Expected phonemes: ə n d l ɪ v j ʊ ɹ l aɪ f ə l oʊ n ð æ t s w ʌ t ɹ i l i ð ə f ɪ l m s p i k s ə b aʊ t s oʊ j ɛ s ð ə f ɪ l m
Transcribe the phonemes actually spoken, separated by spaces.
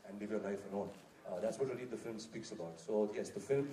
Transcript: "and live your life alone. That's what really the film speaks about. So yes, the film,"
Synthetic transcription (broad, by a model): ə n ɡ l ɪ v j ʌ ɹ l aɪ f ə n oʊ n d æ t s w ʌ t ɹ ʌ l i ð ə f ɪ l m s p i k s ə b aʊ t s oʊ j ɛ s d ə f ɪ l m